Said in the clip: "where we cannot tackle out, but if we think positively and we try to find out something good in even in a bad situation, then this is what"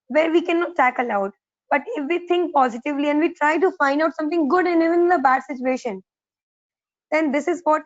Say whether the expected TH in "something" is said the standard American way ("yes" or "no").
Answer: no